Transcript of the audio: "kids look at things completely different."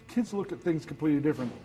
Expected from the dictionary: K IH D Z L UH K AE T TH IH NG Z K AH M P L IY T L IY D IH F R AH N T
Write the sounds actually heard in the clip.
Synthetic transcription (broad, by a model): K IH D Z L UH K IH T TH IH NG Z K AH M P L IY T L IY D IH F R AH N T